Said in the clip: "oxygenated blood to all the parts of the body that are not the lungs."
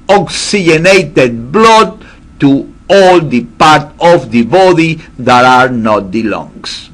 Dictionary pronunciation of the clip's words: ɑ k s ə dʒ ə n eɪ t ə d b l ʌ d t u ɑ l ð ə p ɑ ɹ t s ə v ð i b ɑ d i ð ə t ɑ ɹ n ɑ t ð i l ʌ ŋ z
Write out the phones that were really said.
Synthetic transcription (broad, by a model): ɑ k s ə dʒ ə n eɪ t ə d b l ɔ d t u ɑ l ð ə p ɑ ɹ t ə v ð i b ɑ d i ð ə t ɑ ɹ n ɑ t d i l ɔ ŋ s